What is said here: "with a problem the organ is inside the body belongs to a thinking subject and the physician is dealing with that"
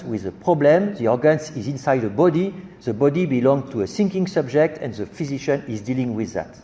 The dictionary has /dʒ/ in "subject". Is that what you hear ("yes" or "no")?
yes